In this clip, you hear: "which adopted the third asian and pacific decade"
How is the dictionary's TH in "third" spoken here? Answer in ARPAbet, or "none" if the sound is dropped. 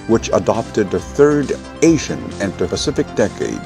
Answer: TH